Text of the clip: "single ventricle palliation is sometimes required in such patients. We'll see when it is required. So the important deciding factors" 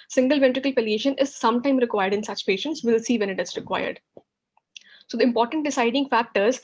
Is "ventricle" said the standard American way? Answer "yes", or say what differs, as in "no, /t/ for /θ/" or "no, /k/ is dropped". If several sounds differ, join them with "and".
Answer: yes